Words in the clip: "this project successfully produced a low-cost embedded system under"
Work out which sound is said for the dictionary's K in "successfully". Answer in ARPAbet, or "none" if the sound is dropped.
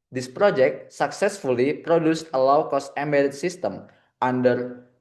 K